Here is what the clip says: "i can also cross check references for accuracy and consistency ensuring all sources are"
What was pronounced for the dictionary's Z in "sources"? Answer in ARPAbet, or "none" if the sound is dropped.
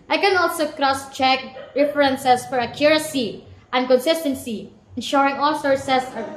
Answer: S